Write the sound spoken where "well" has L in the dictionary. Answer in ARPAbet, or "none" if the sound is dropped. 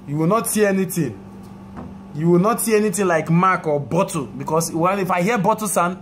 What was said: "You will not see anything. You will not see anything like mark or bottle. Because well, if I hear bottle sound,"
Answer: N